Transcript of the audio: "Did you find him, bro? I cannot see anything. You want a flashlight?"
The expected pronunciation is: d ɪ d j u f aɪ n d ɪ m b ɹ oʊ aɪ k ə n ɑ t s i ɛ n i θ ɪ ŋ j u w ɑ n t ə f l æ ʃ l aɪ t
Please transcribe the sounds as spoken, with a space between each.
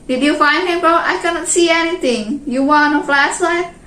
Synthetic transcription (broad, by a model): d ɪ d j u f aɪ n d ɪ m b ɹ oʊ aɪ k ə n ɑ t s i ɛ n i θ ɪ ŋ j u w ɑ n ə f l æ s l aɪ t